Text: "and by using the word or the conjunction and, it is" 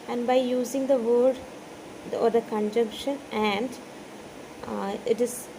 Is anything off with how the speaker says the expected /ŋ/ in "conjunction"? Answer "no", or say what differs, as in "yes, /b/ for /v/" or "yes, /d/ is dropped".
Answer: no